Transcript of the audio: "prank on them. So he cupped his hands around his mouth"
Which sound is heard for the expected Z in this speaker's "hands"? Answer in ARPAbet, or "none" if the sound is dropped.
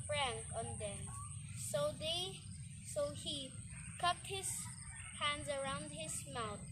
Z